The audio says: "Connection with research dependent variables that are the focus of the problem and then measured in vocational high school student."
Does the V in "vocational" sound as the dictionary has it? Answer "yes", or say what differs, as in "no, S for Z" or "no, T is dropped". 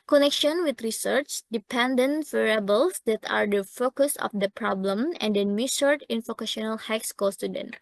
no, F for V